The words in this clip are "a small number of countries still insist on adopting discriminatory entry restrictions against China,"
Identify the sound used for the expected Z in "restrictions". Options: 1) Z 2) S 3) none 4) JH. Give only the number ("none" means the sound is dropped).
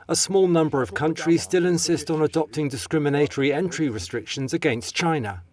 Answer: 1